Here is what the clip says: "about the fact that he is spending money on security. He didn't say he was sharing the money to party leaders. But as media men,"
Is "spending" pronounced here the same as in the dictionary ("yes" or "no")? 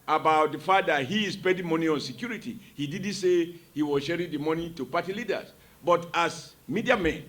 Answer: no